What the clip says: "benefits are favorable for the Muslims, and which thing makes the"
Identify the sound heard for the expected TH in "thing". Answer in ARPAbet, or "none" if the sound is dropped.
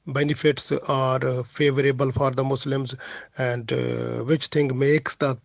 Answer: T